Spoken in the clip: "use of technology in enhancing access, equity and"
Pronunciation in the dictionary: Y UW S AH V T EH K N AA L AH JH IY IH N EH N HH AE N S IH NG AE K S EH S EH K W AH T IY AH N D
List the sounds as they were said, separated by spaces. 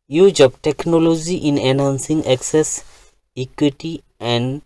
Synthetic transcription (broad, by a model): Y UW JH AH P T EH K N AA L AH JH IY IH N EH N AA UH N S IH NG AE K S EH S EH K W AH T IY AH N D